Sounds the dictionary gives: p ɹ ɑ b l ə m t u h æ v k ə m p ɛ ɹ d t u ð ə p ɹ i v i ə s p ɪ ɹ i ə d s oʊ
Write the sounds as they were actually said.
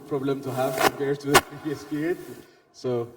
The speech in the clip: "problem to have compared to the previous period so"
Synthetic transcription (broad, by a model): p ɹ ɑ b l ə m t u h æ v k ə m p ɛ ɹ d t u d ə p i i s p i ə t s oʊ